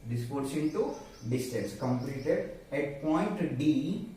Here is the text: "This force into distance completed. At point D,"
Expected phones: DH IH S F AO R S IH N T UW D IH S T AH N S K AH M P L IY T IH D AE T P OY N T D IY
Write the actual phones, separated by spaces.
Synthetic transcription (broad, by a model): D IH S P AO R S IH N T UW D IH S T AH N S K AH M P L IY T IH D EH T P OY N T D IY